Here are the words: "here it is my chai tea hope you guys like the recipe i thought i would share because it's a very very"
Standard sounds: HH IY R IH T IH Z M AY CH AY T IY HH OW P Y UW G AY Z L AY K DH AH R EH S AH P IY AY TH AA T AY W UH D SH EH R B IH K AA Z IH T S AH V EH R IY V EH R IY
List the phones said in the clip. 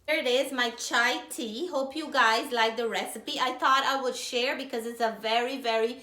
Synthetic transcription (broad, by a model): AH R IH T IH Z M AY CH AY T IY HH OW P Y UW G AY Z L AY K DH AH R EH S AH P IY AY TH AA T AY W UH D SH EH R B IH K AA Z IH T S AH V EH R IY V EH R IY